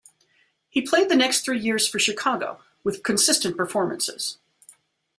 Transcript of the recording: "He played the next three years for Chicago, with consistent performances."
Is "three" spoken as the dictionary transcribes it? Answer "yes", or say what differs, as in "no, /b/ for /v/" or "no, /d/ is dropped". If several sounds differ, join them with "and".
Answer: yes